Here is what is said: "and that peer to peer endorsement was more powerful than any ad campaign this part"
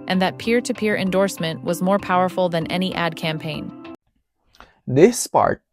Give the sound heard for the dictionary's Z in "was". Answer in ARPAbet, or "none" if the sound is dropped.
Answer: Z